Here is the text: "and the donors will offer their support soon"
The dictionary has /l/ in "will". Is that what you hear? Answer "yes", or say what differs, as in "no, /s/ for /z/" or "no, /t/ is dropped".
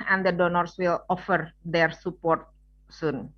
yes